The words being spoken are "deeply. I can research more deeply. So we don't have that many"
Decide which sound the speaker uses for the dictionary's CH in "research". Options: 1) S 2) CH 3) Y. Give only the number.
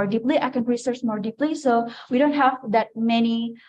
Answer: 1